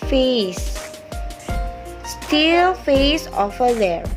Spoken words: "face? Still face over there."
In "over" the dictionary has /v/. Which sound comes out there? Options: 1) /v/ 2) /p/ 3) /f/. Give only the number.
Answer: 3